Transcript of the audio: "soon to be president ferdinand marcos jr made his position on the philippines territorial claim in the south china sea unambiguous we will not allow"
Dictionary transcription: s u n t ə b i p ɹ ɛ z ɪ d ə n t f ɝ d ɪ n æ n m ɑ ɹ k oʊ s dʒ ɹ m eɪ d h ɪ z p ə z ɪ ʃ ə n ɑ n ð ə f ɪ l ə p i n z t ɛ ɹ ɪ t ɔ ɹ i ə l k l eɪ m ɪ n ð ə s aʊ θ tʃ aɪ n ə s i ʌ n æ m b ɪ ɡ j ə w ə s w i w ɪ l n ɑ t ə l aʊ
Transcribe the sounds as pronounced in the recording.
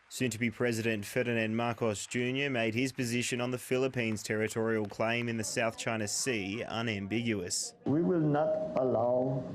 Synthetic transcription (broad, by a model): s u n t ə b i p ɹ ɛ z ɪ d ə n t f ɝ d ɪ n æ n m ɑ ɹ k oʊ s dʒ ɹ m eɪ d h ɪ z p ə z ɪ ʃ ə n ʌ n ð ə f ɪ l ə p i n z t ɛ ɹ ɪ t ɔ ɹ i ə l k l eɪ m ɪ n ð ə s aʊ θ tʃ aɪ n ə s i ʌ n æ m b ɪ ɡ j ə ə s w i w ɪ l n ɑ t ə l aʊ